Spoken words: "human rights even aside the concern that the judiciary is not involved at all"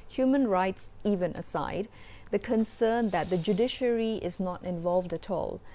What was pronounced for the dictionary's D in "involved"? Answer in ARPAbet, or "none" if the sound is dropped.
D